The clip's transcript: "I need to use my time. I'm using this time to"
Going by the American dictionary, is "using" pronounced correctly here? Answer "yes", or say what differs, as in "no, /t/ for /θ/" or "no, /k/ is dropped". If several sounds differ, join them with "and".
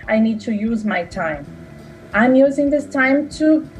yes